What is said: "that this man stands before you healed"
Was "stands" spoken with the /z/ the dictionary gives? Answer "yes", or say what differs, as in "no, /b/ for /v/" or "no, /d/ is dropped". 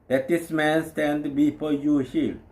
no, /z/ is dropped